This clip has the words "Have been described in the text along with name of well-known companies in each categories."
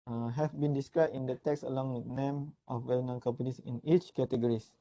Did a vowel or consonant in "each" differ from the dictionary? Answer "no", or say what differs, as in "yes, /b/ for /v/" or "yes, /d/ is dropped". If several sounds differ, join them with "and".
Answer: no